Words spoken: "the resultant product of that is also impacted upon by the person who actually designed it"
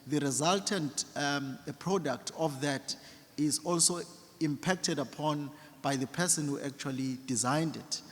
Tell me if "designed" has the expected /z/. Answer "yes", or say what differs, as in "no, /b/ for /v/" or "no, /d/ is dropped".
yes